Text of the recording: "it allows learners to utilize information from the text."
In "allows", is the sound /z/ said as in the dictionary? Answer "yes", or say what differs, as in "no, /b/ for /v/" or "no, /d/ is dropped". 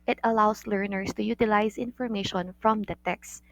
no, /s/ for /z/